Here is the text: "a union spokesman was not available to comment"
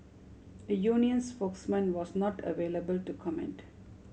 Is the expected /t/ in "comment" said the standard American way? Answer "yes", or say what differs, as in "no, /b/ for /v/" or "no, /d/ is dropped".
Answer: yes